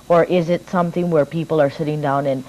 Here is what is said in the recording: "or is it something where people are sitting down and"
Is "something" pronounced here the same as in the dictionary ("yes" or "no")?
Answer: yes